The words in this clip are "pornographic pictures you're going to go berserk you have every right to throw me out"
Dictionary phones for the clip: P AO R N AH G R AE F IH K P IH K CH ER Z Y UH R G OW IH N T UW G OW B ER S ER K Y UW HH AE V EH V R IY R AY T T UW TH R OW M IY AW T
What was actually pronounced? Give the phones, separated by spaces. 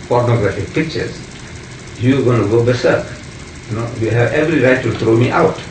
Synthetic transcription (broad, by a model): P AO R N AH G R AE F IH K P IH K CH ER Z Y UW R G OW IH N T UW G OW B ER S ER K Y UW HH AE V EH V R IY R AY T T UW T R OW M IY AW T